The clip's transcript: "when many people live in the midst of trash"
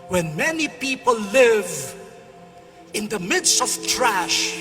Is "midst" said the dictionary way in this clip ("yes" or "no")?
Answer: yes